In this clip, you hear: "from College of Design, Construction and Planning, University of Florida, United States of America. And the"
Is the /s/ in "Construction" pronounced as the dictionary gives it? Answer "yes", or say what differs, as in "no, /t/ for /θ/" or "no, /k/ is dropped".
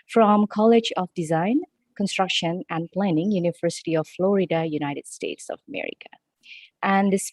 yes